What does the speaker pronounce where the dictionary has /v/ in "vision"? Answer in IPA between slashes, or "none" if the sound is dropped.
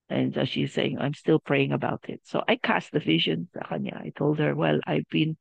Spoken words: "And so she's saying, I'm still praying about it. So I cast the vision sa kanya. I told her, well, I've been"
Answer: /v/